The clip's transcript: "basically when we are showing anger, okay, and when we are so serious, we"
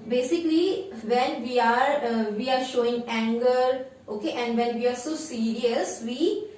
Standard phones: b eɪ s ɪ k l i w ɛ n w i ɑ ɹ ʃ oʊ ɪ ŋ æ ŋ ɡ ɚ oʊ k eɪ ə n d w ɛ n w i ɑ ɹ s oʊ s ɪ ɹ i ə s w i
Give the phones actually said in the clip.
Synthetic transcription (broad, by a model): b eɪ s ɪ k l i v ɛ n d i ɑ ɹ ʃ oʊ ɪ ŋ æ ŋ ɡ ɚ oʊ k eɪ ə n d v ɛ n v i ɑ ɹ s oʊ s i ɹ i ə s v i